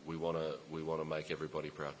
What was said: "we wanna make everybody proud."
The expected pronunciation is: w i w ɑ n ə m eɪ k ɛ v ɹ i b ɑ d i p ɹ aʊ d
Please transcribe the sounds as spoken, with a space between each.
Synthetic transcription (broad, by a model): w i w ɑ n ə m eɪ k ɛ v ɹ i b ɑ d i p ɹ aʊ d